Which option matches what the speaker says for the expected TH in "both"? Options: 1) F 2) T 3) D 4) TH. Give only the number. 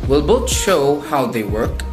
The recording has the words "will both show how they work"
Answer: 2